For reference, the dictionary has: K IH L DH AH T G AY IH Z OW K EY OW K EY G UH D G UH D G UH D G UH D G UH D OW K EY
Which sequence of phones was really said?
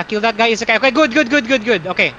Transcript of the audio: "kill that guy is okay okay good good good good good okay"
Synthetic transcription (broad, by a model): K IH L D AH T G AY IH S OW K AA OW K EY G UH D G UH D G UH D G UH D G UH D OW K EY